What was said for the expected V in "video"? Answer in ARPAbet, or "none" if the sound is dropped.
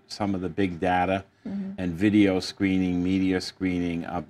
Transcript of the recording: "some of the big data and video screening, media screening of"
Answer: V